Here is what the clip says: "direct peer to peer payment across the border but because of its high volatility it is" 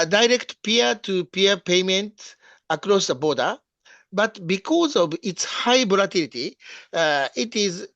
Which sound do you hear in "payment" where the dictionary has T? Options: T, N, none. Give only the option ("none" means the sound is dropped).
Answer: T